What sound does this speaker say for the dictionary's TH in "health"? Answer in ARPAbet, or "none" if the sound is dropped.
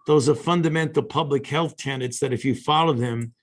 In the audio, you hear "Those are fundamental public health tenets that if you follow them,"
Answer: TH